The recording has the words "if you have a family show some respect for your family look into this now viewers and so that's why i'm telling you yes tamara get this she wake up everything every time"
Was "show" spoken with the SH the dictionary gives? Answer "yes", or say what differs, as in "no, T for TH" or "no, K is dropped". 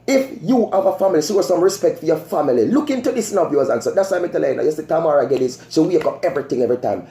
no, S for SH